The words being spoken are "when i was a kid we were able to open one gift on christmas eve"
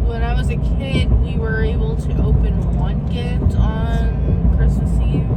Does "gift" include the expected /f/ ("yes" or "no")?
no